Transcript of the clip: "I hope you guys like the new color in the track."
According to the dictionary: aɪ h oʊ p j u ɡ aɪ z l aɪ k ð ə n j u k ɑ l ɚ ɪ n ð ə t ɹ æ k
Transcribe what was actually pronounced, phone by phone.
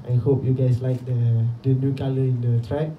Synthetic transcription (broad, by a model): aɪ h oʊ p j u ɡ aɪ s l aɪ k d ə n j u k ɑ l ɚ ɪ n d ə t ɹ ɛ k